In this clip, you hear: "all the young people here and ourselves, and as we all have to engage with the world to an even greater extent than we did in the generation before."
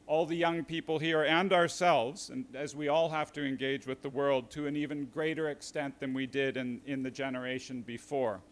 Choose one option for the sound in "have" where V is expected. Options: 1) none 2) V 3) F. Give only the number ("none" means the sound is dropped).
3